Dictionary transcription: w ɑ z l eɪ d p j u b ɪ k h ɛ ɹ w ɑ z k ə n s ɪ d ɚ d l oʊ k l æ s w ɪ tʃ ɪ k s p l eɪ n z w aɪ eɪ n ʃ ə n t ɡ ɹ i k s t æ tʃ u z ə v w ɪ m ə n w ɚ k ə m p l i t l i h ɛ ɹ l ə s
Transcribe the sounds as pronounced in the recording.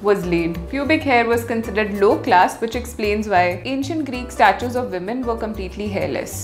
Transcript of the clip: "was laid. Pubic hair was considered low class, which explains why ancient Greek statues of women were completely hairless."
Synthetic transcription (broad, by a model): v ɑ z l eɪ d p j u b ɪ k h ɛ ɹ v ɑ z k ə n s ɪ d ɚ d l oʊ k l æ s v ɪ tʃ ɪ k s p l eɪ n z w aɪ eɪ n ʃ ə n t ɡ ɹ i k s t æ tʃ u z ə v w ɪ m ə n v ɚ k ə m p l i t l i h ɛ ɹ l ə s